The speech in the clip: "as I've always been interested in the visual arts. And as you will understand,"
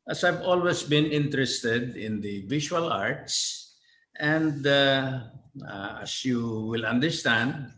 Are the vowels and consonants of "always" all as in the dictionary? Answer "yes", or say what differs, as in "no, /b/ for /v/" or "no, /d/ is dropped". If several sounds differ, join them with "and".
no, /s/ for /z/